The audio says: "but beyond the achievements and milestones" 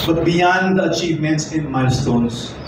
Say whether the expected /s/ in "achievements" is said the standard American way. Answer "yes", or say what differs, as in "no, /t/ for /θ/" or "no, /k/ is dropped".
yes